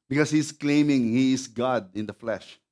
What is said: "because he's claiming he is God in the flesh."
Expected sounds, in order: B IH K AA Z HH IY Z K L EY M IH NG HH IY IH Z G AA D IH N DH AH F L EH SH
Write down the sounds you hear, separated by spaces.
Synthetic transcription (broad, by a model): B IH K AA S HH IY S K L EY M IH NG HH IY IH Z G AA D IH N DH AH F L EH SH